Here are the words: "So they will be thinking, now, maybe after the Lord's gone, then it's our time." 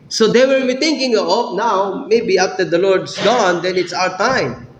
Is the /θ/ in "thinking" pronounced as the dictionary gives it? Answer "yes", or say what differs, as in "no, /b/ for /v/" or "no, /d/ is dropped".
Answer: no, /t/ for /θ/